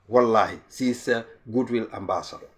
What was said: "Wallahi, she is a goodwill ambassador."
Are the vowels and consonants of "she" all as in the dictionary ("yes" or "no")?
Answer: no